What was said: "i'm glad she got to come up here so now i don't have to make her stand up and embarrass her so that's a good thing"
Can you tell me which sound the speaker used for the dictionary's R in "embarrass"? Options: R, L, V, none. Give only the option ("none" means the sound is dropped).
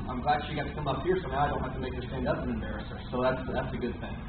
R